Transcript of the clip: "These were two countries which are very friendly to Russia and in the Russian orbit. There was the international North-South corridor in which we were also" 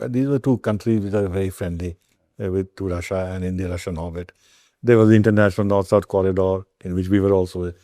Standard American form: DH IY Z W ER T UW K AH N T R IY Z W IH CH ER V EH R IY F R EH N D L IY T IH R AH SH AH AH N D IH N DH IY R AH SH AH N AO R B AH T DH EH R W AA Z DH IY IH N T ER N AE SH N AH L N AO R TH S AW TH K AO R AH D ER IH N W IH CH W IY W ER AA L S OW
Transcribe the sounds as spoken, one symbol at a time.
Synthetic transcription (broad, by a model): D IY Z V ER T UW K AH N T R IY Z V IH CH ER V EH R IY F R EH N D L IY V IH R AH SH AH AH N D IH N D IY R AH SH AH N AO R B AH T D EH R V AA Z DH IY IH N T ER N AE SH N AH L N AO R T S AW T K AO R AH D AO IH N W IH CH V IY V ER AA L S OW